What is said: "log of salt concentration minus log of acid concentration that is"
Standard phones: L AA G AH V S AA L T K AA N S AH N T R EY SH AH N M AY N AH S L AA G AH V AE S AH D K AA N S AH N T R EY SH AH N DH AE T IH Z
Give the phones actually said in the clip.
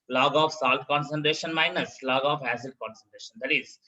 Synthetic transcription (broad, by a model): L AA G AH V S AA L T K AA N S AH N T R EY SH AH N M AY N AH S L AA G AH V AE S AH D K AA N S AH N T R EY SH AH N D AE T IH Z